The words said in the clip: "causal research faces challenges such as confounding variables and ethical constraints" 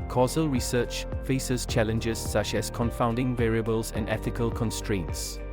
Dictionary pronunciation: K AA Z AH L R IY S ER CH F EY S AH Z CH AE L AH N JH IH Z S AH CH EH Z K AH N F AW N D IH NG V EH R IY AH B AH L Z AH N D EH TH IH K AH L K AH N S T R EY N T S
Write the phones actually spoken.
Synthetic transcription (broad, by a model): K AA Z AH L R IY S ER CH F EY S AH Z CH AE L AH N JH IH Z S AH CH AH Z K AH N F AW N D IH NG V EH R IY AH B AH L Z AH N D EH TH IH K AH L K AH N S T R EY N T S